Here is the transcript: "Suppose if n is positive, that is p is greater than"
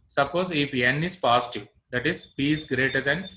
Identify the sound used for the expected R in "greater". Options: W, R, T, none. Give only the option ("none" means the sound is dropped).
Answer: R